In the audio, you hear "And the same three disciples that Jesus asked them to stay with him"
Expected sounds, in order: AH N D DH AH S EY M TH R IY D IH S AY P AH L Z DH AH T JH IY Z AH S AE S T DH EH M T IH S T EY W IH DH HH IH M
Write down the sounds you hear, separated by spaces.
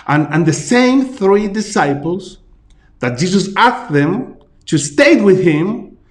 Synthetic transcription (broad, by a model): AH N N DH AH S EY M TH R IY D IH S AY P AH L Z DH AH T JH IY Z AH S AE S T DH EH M T IH S T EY W IH DH HH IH M